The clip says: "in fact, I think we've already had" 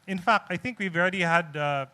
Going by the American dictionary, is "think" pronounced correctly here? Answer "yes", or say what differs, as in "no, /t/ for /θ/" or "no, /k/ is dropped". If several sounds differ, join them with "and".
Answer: yes